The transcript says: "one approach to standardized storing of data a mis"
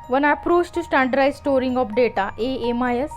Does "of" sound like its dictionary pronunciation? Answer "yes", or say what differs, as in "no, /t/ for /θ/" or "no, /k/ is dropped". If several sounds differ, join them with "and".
no, /p/ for /v/